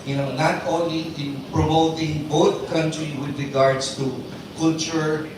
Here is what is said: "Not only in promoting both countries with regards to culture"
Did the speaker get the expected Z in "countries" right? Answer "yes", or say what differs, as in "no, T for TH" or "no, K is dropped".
no, Z is dropped